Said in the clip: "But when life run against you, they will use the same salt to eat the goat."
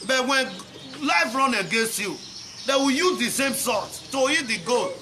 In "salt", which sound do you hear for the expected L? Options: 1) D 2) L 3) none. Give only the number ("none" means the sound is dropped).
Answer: 3